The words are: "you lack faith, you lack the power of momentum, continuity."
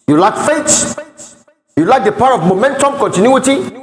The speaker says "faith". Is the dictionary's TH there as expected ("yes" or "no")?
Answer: no